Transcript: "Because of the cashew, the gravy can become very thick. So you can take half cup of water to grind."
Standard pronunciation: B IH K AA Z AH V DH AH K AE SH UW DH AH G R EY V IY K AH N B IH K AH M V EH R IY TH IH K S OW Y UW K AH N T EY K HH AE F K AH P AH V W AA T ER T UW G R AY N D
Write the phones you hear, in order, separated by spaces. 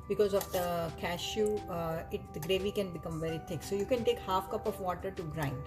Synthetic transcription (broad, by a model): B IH K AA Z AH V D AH K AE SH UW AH G R EY V IY K AH N B IH K AH M V EH R IY T IH K S OW Y UW K AH N T EY K HH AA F K AH P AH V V AA T ER T UW G R AY N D